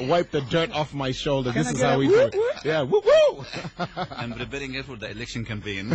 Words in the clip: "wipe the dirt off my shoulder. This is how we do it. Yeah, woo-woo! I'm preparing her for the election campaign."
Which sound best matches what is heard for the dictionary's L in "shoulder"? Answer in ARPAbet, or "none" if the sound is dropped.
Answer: L